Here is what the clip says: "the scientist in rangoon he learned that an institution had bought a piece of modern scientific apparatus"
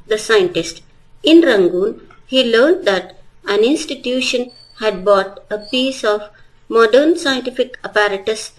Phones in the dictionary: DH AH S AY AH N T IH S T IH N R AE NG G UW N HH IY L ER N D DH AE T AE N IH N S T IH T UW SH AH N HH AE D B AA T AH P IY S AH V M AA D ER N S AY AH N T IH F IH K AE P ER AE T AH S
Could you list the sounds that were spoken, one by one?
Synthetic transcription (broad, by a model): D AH S AY AH N T IH S T IH N R AE NG G UW N HH IY L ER N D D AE T AE N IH N S T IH T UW SH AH N HH AE D B AA T AH P IY S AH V M AA D ER N S AY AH N T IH F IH K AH P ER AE T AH S